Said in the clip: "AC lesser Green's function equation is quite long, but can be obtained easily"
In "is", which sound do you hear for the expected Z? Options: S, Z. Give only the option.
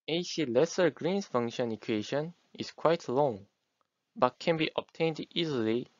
S